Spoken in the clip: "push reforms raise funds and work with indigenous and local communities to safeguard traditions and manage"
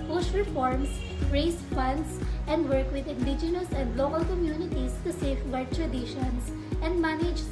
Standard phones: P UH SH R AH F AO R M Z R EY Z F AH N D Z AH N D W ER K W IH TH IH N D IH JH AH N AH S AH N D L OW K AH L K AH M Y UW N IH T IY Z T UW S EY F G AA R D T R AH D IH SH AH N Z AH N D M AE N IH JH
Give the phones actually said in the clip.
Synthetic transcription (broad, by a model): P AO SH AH F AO R M S R EY S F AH N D S AH N D W ER K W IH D IH N D IH JH AH N AH S AH N D L OW K AH L K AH M Y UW N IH T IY S T UW S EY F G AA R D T R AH D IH SH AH N S AH N D M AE N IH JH